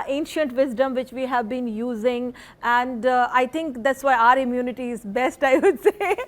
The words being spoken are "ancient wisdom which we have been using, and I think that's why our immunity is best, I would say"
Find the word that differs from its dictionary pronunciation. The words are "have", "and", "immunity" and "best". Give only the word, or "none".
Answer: none